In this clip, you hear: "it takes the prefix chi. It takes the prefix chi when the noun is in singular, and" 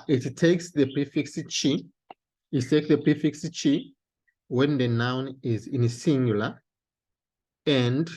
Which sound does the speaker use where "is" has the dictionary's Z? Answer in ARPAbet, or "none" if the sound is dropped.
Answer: Z